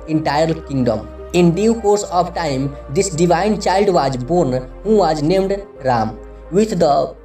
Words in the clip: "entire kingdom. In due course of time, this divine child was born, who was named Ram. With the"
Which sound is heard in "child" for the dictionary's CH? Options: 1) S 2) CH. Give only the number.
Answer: 2